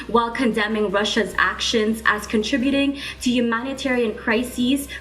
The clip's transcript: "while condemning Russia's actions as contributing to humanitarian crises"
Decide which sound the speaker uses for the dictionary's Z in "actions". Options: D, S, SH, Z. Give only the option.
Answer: Z